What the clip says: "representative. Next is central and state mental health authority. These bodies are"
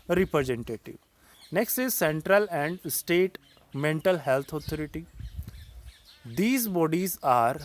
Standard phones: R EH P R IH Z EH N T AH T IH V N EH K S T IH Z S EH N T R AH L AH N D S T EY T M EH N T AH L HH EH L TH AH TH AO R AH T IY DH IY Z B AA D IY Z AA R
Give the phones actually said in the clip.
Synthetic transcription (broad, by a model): R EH P R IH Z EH N T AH T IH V N EH K S T IH Z S EH N T R AH L AH N D S T EY T M EH N T AH L HH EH L T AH T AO R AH T IY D IY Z B AA D IY Z AA R